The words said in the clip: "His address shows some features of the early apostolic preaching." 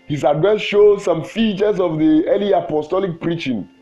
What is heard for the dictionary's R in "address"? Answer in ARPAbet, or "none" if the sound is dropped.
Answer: none